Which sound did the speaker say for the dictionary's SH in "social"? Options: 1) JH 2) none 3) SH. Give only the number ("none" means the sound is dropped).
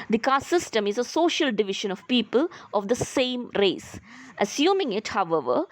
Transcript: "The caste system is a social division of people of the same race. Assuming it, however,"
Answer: 3